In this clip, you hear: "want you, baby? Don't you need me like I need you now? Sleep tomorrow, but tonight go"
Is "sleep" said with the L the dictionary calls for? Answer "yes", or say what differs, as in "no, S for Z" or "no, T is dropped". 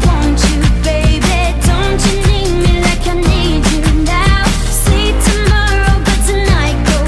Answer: no, L is dropped